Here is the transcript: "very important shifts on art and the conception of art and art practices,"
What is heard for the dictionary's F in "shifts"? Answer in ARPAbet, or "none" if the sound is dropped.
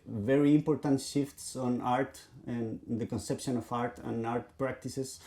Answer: F